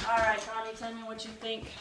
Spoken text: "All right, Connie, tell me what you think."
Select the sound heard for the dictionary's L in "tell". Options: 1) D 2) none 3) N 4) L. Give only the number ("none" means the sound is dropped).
3